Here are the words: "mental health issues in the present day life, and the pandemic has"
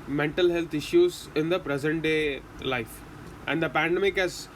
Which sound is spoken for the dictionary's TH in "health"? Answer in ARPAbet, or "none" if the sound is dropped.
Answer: T